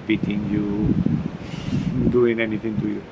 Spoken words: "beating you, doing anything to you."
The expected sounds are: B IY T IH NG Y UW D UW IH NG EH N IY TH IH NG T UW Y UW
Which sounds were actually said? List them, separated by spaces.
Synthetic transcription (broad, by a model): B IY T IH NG Y UW D UW IH NG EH N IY T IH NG T UW Y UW